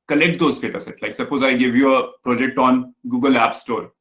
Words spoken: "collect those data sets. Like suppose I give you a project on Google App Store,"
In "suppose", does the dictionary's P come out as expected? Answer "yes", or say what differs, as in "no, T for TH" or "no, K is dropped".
yes